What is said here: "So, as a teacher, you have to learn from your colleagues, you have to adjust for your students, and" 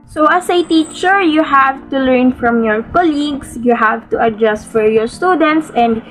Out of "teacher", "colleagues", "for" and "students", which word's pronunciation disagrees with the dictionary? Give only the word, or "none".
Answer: colleagues